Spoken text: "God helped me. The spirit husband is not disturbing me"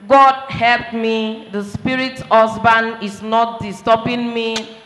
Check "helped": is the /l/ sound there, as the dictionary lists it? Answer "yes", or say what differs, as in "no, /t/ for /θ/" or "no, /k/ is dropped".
yes